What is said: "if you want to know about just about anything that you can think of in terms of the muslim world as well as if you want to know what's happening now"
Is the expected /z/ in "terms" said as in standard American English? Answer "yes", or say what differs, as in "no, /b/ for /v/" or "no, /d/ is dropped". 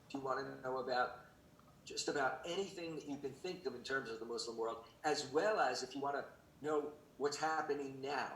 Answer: yes